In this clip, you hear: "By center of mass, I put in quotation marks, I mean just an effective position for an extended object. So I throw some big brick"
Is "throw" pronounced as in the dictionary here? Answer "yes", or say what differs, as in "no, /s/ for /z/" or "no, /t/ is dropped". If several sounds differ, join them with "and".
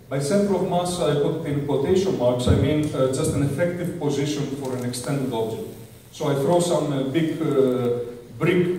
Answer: yes